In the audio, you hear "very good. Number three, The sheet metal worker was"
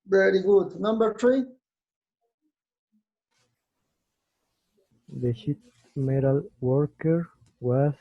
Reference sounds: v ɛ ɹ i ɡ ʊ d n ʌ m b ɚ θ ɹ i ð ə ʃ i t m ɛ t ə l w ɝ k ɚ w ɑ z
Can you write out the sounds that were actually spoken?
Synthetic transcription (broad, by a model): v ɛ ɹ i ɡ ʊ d n ʌ m b ɚ t ɹ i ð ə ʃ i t m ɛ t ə l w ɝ k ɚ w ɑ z